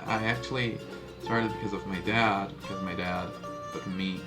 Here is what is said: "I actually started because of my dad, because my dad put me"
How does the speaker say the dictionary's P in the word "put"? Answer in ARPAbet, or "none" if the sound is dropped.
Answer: B